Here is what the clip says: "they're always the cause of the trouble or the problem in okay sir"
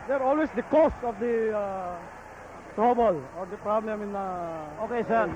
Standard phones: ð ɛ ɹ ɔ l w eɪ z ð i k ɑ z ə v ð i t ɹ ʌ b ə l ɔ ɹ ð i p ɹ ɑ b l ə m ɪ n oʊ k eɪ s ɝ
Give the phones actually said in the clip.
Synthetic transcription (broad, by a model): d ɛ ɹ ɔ l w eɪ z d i k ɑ s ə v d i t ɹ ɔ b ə l ɔ ɹ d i p ɹ ɑ b l ə m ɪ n oʊ k eɪ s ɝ